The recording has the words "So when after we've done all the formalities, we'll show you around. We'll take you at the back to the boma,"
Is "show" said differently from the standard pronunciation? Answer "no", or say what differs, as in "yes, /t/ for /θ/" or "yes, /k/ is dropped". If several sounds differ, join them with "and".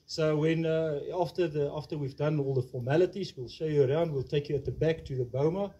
no